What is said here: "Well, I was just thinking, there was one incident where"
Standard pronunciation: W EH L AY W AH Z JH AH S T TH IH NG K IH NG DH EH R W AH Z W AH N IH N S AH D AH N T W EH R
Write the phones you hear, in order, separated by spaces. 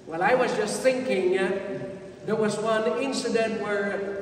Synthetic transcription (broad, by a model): W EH L AY W AH Z JH AH S T TH IH NG K IH NG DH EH R W AH Z W AH N IH N S AH D AH N T W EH R